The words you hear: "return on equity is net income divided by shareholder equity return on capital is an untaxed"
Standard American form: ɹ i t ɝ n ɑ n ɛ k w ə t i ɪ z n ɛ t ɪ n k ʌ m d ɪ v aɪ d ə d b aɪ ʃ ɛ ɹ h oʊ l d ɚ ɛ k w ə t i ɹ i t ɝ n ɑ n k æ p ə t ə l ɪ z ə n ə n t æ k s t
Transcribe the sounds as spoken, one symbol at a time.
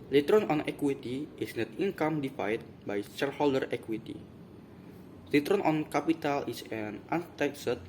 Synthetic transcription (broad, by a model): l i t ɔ n ɑ n ɛ k w ə t i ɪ s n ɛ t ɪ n k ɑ m d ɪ f aɪ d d b aɪ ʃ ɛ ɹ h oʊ l d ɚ ɛ k w ə t i l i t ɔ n ɑ n k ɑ p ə t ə l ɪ s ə n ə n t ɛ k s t